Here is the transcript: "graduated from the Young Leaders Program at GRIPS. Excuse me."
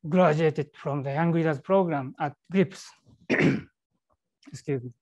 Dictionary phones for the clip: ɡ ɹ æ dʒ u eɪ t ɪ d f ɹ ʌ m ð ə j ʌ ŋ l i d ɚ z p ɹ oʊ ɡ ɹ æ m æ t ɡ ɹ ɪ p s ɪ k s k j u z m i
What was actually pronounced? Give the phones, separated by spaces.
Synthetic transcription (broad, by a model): ɡ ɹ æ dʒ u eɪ t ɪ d f ɹ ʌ m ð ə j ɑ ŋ w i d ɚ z p ɹ oʊ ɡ ɹ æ m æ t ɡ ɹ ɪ p s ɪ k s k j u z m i